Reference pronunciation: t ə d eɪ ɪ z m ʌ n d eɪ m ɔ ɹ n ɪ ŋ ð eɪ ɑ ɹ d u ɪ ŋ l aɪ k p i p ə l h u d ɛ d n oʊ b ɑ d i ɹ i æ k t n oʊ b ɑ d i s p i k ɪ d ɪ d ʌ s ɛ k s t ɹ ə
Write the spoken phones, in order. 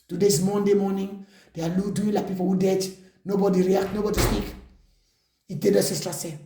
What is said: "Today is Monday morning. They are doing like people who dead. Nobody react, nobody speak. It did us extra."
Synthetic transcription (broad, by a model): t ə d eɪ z m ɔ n d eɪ m ɔ n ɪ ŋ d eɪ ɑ l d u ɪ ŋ l aɪ k p i p ə l h u d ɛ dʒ n oʊ b ɑ d i ɹ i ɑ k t n oʊ b ɑ d i s p i k ɪ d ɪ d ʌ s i s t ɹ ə